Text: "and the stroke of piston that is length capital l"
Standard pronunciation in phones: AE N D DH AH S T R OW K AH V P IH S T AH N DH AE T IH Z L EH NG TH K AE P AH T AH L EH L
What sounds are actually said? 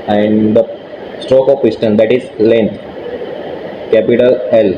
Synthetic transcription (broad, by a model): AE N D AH S T R OW K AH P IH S T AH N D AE T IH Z L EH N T K AE P AH T AH L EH L